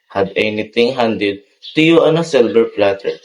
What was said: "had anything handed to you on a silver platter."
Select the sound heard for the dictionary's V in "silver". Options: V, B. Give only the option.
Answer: B